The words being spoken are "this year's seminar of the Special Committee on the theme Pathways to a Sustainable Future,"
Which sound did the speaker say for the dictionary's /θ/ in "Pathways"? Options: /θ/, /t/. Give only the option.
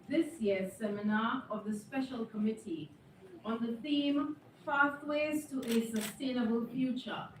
/t/